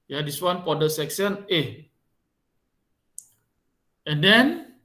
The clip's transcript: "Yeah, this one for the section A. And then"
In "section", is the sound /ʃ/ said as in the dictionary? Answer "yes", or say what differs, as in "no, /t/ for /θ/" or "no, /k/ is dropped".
no, /s/ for /ʃ/